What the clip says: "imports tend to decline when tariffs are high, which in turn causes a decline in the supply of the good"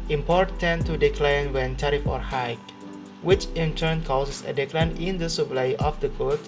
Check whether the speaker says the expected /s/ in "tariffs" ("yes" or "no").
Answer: no